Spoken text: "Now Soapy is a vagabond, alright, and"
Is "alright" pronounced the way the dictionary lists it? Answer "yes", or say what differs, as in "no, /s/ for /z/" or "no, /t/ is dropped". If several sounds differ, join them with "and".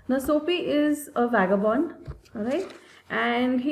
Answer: no, /l/ is dropped